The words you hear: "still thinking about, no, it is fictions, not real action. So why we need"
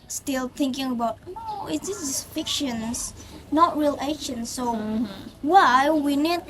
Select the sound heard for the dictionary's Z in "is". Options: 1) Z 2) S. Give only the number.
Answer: 2